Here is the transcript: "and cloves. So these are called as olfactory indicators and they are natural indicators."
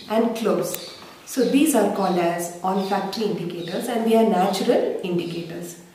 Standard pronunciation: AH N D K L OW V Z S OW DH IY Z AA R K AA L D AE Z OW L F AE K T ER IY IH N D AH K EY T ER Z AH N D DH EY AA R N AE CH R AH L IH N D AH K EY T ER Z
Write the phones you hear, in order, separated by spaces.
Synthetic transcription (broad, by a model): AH N D K L OW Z S OW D IY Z AA R K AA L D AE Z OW N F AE K T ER IY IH N D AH K EY T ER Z AH N D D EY AA R N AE CH R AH L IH N D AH K EY T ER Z